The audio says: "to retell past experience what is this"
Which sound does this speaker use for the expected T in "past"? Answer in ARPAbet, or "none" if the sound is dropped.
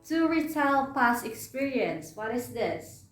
none